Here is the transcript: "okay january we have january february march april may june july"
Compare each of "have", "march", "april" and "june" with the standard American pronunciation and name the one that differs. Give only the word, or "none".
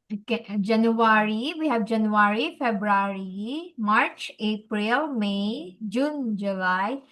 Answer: have